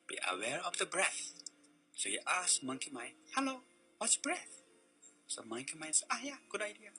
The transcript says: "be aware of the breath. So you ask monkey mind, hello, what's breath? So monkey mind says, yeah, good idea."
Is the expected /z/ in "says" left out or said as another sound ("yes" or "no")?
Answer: yes